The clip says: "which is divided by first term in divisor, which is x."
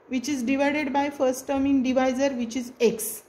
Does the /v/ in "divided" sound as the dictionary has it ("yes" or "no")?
yes